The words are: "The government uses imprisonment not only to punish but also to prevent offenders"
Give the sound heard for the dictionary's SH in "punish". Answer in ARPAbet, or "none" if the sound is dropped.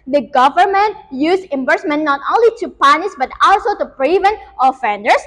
S